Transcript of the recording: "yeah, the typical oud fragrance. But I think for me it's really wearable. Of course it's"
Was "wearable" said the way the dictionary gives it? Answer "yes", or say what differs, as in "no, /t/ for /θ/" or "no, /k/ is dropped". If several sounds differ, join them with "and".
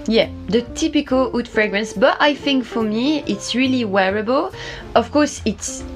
yes